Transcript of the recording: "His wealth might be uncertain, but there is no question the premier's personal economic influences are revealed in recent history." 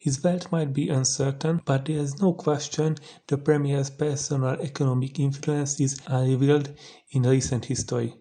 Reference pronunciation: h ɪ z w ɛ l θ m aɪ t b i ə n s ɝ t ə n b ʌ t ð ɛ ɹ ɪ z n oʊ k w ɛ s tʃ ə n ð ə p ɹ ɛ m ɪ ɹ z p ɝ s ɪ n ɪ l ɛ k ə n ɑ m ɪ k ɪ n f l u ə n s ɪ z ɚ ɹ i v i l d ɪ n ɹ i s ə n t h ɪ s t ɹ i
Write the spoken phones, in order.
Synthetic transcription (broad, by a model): h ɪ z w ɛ l t m aɪ t b i ə n s ɝ t ə n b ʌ t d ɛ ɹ ɪ z n oʊ k w ɛ s tʃ ə n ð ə p ɹ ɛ m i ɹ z p ɝ s ɪ n ɪ l ɛ k ə n ɑ m ɪ k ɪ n f l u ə n s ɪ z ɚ l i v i l d ɪ n ɹ i s ə n t h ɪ s t ɹ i